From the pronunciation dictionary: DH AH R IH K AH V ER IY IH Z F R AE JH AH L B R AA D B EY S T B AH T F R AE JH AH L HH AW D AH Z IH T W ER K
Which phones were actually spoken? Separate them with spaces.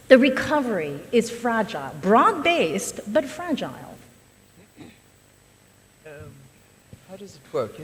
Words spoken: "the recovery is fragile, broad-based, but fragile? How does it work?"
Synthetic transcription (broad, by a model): DH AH R IH K AH V ER IY IH Z F R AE JH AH L B R AA D B EY S T B AH T F R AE JH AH L HH AW D AH Z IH T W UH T